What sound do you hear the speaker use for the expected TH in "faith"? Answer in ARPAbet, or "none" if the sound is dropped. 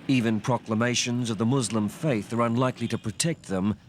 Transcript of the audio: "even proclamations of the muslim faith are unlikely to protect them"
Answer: TH